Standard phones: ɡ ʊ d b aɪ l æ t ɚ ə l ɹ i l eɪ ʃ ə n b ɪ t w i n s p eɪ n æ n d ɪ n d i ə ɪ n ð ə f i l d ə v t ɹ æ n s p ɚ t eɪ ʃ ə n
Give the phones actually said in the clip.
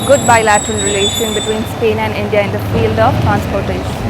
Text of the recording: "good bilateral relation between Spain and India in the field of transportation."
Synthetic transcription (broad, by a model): ɡ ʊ d b aɪ l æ t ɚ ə l ɹ i l eɪ ʃ ə n b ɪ t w i n s p eɪ n æ n d ɪ n d i ə ɪ n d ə f i l d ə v t ɹ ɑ n s p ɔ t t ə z